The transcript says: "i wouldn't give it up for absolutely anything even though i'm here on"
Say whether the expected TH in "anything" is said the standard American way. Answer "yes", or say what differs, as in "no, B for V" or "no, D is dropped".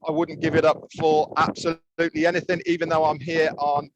yes